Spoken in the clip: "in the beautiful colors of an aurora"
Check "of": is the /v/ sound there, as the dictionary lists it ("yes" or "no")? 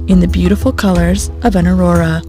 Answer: yes